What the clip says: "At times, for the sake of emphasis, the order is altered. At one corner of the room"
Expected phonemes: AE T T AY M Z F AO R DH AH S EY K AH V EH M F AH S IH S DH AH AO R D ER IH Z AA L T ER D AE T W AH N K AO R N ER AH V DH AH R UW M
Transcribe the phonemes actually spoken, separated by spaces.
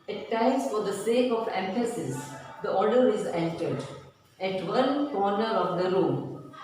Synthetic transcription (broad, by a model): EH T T AY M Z F AO R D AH S EY K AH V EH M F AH S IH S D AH AO R D ER IH Z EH N T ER D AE T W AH N K AO R N ER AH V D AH R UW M